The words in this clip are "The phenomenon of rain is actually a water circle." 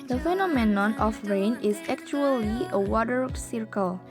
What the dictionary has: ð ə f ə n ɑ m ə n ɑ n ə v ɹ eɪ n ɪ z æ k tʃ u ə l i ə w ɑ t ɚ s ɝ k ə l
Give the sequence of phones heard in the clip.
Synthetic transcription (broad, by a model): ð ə f ə n ɑ m ə n ɑ n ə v ɹ eɪ n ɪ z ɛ k tʃ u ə l i ə w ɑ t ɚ s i k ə l